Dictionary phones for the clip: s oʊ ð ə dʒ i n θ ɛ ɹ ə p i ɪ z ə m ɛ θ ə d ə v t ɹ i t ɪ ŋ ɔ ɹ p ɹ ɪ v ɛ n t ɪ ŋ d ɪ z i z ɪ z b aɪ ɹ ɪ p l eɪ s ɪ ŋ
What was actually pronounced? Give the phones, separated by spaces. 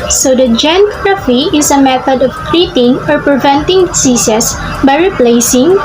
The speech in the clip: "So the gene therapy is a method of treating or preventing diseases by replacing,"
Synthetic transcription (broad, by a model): s oʊ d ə dʒ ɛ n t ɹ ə f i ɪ s ə m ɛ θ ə d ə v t ɹ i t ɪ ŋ ɔ ɹ p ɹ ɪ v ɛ n t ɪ ŋ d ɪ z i s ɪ s b aɪ ɹ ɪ p l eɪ s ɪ ŋ